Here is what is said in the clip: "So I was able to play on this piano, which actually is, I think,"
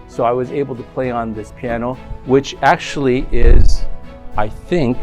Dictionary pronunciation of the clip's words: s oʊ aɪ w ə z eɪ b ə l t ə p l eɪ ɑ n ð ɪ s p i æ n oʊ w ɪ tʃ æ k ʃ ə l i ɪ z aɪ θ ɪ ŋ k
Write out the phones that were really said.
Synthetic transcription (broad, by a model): s oʊ aɪ w ə z eɪ b l t ə p l eɪ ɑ n ð ɪ s p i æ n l w ɪ tʃ æ k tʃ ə l i ɪ z aɪ θ ɪ ŋ k